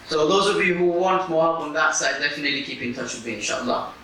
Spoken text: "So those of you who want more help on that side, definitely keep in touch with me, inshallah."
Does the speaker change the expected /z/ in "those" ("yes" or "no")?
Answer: no